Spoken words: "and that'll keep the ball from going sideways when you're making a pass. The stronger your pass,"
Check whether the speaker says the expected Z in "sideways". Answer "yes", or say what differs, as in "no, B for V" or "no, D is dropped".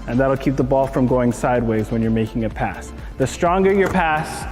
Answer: yes